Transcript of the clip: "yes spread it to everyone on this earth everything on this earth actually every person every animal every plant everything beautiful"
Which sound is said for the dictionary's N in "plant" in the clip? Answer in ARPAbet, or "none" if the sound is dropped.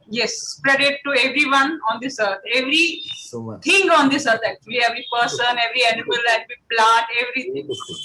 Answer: none